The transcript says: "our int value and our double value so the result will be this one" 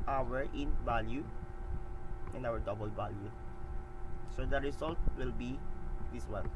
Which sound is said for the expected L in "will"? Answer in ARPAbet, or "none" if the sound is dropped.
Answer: L